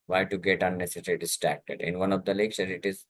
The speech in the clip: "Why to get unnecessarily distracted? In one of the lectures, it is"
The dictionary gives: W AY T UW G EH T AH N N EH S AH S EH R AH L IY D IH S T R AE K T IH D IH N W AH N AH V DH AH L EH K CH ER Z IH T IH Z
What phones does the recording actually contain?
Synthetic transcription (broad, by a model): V AY T UW G EH T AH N N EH S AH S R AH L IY D IH S T R AE K T IH D IH N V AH N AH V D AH L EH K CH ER IH T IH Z